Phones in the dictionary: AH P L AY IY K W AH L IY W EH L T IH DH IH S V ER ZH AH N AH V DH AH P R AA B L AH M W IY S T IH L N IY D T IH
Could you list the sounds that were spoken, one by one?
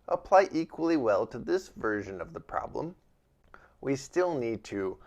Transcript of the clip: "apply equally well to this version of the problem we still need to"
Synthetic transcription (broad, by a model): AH P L AY IY K W AH L IY W EH L T IH DH IH S V ER ZH AH N AH V DH AH P R AA B L AH M W IY S T IH L N IY D T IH